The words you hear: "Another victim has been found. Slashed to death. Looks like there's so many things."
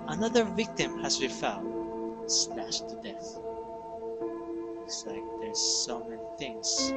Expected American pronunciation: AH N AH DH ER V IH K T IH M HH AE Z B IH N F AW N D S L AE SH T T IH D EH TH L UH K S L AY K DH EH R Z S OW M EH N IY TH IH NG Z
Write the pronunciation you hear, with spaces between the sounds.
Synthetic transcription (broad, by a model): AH N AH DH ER V IH K T IH M HH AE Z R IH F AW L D S N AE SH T T IH D EH TH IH S L AY K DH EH R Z S OW M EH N IY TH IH NG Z